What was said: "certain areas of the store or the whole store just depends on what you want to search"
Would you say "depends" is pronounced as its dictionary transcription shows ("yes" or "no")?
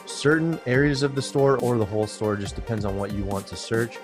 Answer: yes